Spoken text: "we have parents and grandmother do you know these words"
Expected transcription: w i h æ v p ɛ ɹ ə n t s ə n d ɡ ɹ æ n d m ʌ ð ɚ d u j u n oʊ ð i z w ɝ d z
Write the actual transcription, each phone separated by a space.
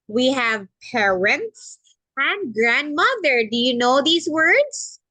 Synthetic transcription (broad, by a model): w i h æ v p ɛ ɹ ə n t s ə n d ɡ ɹ æ n d m ʌ ð ɚ d u j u n oʊ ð i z w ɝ d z